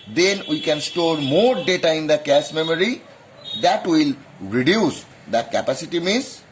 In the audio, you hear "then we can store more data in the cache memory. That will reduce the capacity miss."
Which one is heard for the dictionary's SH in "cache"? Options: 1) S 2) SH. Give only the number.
1